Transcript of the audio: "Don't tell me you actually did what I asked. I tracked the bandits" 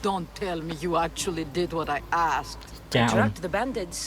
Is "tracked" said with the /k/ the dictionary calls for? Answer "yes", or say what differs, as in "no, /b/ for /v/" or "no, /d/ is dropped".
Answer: no, /k/ is dropped